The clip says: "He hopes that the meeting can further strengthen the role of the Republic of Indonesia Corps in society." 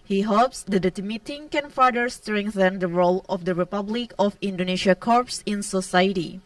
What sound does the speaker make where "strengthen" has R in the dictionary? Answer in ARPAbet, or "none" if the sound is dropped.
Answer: R